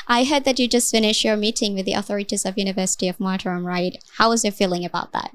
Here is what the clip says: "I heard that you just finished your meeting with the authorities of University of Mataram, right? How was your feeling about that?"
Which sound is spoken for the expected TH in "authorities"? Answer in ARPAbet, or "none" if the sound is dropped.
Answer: TH